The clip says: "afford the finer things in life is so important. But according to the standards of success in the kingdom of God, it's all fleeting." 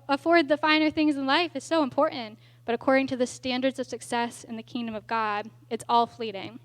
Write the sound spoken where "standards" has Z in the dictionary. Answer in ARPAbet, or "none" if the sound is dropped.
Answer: Z